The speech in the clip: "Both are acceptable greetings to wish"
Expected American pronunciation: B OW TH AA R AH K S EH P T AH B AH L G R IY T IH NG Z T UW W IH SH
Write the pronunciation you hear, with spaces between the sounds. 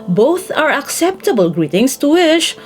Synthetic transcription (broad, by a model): B OW TH AA R AH K S EH P T AH B AH L G R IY T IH NG S T UW W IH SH